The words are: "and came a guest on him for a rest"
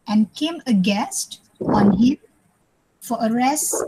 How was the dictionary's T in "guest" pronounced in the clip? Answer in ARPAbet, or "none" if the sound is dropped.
T